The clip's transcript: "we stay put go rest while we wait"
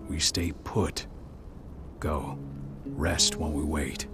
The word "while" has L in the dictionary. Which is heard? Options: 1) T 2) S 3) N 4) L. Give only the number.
3